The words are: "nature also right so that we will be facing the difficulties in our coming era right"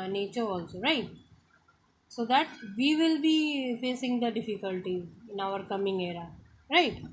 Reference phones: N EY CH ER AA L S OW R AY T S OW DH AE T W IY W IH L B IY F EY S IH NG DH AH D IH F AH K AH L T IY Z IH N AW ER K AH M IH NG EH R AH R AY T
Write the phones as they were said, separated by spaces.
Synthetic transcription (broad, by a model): N EY CH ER AA L S OW R AY T S OW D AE T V IY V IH L B IY F EY S IH NG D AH D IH F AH K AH L T IY IH N AW ER K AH M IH NG EH R AH R AY T